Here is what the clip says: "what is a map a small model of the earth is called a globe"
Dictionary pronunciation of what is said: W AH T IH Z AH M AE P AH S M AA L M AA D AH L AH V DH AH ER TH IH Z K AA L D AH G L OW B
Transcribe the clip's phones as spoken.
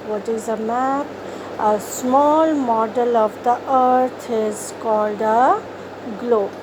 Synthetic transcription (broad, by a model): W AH T IH Z AH M AE P AH S M AA L M AA D AH L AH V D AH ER T IH Z K AA L D AH G L OW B